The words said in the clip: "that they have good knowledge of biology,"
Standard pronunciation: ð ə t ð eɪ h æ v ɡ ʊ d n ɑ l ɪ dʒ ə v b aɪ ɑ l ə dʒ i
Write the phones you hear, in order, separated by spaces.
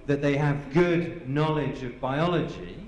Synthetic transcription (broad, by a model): ð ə t ð eɪ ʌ v ɡ ʊ d n ɑ l ɪ dʒ ə v b aɪ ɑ l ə dʒ i